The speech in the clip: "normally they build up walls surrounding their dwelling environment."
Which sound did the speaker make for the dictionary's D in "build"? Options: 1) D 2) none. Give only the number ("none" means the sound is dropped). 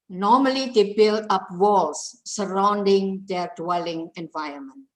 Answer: 2